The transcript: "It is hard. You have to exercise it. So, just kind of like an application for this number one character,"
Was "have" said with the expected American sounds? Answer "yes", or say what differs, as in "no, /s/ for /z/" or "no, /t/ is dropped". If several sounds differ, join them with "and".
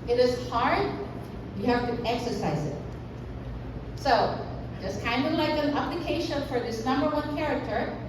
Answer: no, /f/ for /v/